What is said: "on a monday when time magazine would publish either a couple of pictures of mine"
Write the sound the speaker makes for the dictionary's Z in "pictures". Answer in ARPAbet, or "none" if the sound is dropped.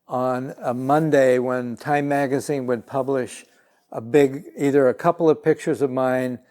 Z